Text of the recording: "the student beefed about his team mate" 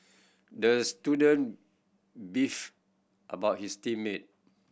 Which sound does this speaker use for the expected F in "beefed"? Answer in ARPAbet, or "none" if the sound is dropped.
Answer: F